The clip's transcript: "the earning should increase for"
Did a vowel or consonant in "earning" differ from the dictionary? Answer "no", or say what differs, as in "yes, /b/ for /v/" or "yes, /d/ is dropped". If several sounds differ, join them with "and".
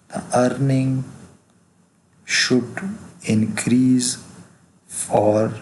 no